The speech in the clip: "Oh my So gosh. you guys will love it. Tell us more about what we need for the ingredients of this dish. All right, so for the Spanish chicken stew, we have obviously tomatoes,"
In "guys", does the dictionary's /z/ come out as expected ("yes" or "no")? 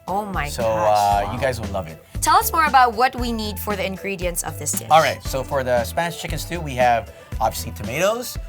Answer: yes